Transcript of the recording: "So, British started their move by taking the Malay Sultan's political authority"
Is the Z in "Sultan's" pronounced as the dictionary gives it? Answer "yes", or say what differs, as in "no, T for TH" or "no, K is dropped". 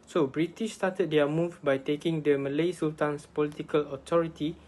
no, S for Z